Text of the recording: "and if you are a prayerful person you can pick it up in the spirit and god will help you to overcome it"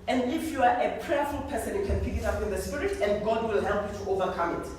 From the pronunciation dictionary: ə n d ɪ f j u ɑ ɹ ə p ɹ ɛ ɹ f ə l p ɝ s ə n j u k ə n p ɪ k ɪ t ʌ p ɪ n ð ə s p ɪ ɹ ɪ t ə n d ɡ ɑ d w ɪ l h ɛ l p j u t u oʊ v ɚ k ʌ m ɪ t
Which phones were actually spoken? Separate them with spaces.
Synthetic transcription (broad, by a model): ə n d ɪ f j u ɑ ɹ ə p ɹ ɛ f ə l p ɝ s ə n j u k ə n p ɪ k ɪ t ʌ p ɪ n ð ə s p ɪ ɹ ɪ t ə n ɡ ɑ d w ɪ l h ɛ l p j u t u oʊ v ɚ k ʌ m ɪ t